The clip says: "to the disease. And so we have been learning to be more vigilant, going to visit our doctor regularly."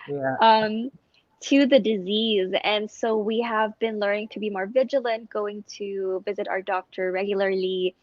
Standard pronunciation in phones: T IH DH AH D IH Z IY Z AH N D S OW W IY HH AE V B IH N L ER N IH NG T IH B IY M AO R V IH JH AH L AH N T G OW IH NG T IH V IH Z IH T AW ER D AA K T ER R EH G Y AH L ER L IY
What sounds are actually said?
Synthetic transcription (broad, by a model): T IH DH AH D IH Z IY Z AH N S OW W IY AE V B IH N L ER N IH NG T IH B IY M AO R V IH JH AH L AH N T G OW IH NG T IH V IH Z IH T AW ER D AA K T ER R EH G Y L ER L IY